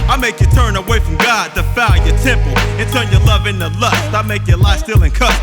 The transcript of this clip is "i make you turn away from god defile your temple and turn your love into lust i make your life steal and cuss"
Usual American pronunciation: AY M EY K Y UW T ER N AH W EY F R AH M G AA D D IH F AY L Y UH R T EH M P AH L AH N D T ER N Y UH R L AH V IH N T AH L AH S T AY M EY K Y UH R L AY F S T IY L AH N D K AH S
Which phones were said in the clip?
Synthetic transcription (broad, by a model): AY M EY K Y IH T ER N AH W EY F R AH M G AA D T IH F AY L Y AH R T EH M P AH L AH N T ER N Y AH R L AH V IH N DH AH L AH S T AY M EY K Y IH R L AY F S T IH L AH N K AH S